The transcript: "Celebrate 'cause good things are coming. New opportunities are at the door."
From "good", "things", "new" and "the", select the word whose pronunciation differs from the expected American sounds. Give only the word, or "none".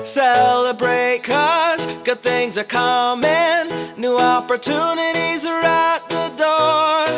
none